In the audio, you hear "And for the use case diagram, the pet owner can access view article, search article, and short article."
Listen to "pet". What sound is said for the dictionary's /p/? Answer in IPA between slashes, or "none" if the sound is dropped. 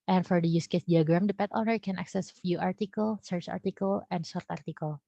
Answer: /p/